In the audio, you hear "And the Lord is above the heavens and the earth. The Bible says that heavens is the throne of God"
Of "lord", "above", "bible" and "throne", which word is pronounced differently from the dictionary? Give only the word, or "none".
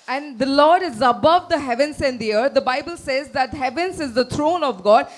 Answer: throne